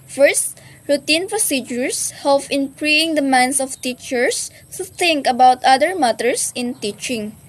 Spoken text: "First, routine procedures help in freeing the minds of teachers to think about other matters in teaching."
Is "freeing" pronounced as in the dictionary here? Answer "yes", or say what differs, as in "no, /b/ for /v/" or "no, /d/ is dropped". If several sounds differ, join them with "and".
no, /p/ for /f/